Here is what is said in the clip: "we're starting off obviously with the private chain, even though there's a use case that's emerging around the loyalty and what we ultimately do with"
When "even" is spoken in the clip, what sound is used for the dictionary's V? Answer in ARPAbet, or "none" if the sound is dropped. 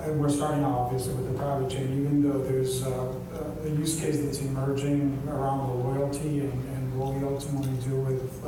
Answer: V